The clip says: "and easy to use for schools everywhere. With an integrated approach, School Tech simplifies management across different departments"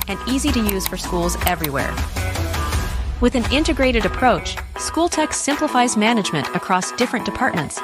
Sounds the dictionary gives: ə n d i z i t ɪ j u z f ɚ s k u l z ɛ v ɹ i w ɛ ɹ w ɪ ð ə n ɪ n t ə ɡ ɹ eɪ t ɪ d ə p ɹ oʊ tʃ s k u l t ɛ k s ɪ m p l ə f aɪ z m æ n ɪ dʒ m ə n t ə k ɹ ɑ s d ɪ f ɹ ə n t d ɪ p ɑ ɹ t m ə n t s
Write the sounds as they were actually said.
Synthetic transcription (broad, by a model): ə n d i z i t ɪ j u z f ɚ s k u l z ɛ v ɹ i w ɛ ɹ w ɪ ð ə n ɪ n t ə ɡ ɹ eɪ t ɪ d ə p ɹ oʊ tʃ s k u l t ɛ k s ɪ m p l ə f aɪ z m æ n ɪ dʒ m ə n t ə k ɹ ɑ s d ɪ f ɹ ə n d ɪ p ɑ ɹ t m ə n t s